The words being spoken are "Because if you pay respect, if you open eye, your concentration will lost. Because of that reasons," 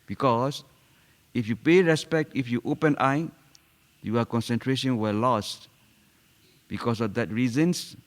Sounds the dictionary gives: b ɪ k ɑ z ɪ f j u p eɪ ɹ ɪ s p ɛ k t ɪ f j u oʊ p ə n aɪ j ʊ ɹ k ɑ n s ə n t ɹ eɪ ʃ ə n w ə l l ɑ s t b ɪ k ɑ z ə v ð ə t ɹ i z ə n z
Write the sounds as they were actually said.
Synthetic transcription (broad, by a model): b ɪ k ɑ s ɪ f j u p eɪ ɹ ɪ s p ɛ k t ɪ f j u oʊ p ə n aɪ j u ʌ k ɑ n s ə n t ɹ eɪ ʃ ə n w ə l l ɑ s t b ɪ k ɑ s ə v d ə t ɹ i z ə n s